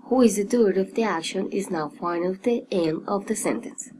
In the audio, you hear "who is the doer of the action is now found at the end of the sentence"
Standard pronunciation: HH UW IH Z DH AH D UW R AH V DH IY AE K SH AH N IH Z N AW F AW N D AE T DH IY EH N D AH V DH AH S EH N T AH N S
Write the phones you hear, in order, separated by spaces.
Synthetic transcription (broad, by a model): HH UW IH Z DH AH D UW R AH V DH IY AE K SH AH N IH Z N AW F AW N AH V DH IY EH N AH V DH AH S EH N T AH N S